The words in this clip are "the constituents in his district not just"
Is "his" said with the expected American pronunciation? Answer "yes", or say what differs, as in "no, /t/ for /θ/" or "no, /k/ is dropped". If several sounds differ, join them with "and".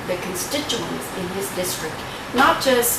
no, /s/ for /z/